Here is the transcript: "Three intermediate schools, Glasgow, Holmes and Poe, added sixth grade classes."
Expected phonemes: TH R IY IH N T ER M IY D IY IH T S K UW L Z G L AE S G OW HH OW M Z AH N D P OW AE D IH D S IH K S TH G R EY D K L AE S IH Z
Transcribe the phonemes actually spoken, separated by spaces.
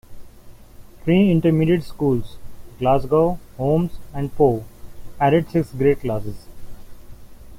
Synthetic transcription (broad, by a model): T R IY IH N T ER M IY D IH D S K UW L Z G L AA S G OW HH OW M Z AH N D P OW AE D IH D S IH K S G R EY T K L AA S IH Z